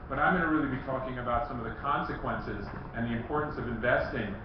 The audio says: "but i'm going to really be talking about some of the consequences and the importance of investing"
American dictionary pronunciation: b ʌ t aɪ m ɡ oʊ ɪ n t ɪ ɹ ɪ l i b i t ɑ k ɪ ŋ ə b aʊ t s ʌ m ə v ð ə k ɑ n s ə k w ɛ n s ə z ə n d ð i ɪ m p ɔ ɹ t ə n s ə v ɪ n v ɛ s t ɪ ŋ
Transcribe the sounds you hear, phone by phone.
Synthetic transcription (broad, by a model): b ʌ t aɪ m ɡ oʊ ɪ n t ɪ ɹ ɪ l i b i t ɑ k ɪ ŋ ə b aʊ t s ʌ m ə v ð ə k ɑ n s ə k w ɛ n s ə z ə n ð i ɪ m p ɔ ɹ t n s ə v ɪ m v ɛ s t ɪ ŋ